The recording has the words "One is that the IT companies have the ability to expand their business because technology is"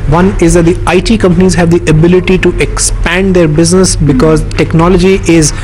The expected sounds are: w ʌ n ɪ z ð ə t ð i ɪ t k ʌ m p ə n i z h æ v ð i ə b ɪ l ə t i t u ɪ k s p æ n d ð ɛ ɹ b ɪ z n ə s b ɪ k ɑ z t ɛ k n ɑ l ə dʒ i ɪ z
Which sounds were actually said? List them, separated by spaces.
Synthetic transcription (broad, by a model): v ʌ n ɪ z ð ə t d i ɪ t k ʌ m p ə n i z h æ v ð i ə b ɪ l ə t i t u ɪ k s p æ n d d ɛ ɹ b ɪ z n ə s b ɪ k ɑ z t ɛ k n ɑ l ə dʒ i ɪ z